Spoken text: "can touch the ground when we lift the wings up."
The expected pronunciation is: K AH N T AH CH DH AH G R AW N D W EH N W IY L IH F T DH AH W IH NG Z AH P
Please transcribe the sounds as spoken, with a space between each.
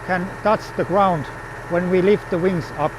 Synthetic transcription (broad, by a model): K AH N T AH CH DH AH G R AW N D W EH N W IY L IH F T DH AH W IH NG Z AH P